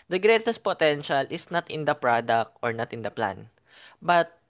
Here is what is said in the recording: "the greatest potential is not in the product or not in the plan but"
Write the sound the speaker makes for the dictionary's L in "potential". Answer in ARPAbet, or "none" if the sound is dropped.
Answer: L